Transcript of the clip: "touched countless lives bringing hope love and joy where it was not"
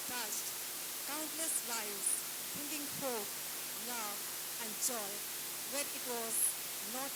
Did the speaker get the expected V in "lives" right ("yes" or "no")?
no